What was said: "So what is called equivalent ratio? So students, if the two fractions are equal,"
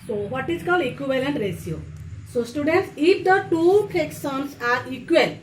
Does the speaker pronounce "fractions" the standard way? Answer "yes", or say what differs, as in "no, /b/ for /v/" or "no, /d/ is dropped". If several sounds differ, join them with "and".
no, /s/ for /ʃ/ and /s/ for /z/